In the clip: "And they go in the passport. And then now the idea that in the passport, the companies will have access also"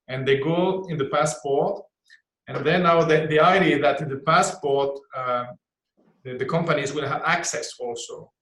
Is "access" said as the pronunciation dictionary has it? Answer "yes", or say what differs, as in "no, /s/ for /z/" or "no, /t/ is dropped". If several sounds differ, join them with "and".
yes